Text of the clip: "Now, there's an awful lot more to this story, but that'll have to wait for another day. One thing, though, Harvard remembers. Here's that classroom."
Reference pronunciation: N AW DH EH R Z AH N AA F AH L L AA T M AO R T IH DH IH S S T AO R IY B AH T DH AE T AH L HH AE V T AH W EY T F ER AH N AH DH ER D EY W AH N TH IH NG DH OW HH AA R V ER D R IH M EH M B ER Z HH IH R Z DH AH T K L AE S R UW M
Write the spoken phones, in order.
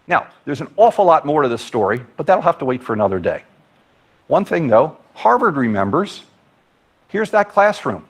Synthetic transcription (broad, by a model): N AW DH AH R Z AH N AA F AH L L AA T M AO R T IH DH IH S S T AO R IY B AH T DH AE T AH L HH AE F T AH W EY T F ER AH N AH DH ER D EY W AH N TH IH NG DH OW HH AA R V ER D R IH M EH M B ER Z HH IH R Z DH AH T K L AE S R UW M